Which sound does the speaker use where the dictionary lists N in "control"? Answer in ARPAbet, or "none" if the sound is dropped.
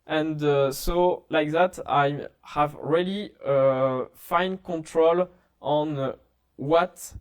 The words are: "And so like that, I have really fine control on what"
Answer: N